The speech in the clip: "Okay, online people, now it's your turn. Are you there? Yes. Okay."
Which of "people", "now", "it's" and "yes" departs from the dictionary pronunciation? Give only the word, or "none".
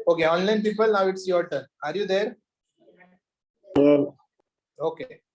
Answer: yes